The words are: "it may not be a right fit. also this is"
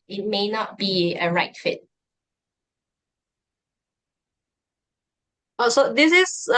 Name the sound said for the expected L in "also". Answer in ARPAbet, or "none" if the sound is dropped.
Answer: none